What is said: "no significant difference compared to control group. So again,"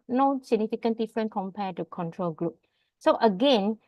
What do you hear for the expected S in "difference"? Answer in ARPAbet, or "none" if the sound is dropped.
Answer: none